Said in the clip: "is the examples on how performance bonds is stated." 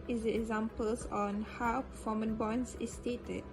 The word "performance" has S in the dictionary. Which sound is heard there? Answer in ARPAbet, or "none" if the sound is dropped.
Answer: none